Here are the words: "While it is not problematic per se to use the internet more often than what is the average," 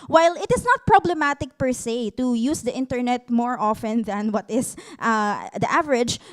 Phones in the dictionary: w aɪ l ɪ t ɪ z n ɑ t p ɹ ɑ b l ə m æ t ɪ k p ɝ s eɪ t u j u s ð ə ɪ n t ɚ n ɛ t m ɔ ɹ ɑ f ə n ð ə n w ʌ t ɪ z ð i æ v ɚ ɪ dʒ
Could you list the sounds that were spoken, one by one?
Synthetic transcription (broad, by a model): w aɪ l ɪ t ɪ s n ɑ t p ɹ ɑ b l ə m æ t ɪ k p ɝ s eɪ t u j u s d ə ɪ n t ɚ n ɛ t m ɔ ɹ ɑ f ə n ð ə n w ʌ t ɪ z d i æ v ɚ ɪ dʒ